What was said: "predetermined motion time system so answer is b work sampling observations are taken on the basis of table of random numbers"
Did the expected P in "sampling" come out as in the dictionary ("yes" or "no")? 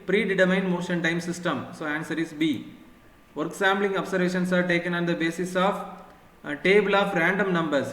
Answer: no